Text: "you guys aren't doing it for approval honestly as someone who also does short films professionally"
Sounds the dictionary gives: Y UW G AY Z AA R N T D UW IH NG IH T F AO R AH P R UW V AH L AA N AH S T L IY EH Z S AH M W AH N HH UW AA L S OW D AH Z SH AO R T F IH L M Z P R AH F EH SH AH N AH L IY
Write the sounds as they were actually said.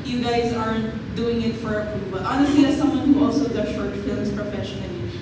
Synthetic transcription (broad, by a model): Y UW G AY Z AA R N T D UW IH NG IH T F AO R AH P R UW B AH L AA N AH S T L IY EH S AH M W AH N HH UW AA L S OW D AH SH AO R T F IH L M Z P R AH F EH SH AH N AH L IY